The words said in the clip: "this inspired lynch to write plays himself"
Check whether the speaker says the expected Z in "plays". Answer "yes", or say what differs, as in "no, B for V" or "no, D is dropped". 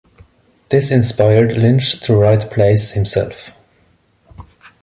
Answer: no, S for Z